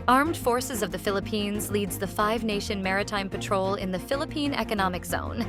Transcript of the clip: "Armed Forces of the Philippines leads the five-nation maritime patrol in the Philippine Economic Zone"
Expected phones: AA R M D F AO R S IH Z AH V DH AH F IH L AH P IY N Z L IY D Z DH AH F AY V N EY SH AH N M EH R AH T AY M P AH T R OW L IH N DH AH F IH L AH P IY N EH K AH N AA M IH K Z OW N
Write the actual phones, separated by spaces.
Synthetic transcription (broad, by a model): AA R M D F AO R S IH Z AH V DH AH F IH L AH P IY N Z L IY D Z DH AH F AY V N EY SH AH N M EH R AH T AY M P AH T R OW L IH N DH AH F IH L AH P IY N EH K AH N AA M IH K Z OW N